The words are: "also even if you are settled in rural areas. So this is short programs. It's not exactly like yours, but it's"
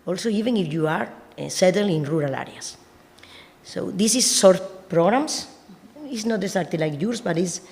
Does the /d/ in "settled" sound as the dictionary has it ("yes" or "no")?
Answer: no